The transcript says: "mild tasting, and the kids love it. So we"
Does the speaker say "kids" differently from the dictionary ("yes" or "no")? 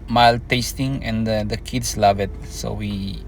yes